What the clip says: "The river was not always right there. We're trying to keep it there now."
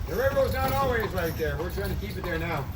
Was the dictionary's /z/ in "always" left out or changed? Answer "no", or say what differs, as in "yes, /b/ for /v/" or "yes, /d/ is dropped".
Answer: no